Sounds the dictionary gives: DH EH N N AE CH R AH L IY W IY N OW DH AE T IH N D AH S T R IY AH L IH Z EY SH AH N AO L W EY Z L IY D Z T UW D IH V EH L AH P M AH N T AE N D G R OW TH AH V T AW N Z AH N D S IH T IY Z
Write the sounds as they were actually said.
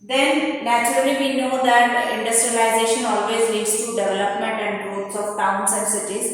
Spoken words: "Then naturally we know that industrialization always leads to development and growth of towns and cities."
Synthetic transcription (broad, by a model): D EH N N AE CH R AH L IY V IY N OW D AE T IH N D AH S T R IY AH L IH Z EY SH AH N AO L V EY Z L IY D S T UW D IH V EH L AH P M AH N T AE N D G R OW S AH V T AW N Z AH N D S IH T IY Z